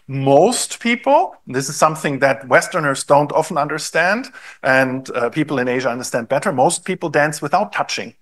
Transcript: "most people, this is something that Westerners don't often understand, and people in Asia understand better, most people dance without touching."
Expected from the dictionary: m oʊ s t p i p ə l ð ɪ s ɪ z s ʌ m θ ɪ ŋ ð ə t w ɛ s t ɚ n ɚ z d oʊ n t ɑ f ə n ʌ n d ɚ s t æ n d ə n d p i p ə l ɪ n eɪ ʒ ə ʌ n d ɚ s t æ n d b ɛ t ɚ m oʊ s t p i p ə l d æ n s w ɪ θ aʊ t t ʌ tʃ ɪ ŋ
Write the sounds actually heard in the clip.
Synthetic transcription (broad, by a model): m oʊ s t p i p l ð ɪ s ɪ z s ʌ m θ ɪ ŋ ð ə t w ɛ s t ɚ n ɚ z d oʊ n t ɑ f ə n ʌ n d ɚ s t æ n d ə n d p i p l ɪ n eɪ ʒ ə ʌ n d ɚ s t æ n d b ɛ t ɚ m oʊ s t p i p l d æ n s w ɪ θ aʊ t t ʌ tʃ ɪ ŋ